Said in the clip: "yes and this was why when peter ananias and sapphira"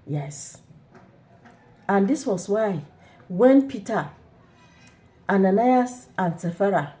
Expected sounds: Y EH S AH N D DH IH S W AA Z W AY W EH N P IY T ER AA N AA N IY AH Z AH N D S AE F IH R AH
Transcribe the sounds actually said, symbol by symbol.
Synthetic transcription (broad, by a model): Y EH S AH N D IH S W AA S W AY W EH N P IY T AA AA N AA N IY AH S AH N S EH F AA R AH